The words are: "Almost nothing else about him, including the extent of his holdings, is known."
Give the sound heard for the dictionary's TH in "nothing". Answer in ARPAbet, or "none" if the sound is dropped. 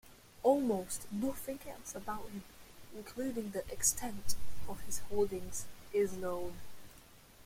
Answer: F